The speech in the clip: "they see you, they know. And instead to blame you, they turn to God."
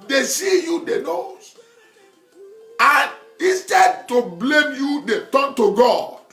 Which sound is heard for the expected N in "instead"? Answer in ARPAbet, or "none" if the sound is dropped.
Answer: none